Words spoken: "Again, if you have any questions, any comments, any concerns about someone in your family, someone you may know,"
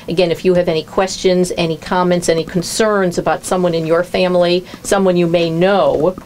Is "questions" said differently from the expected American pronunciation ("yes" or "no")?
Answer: no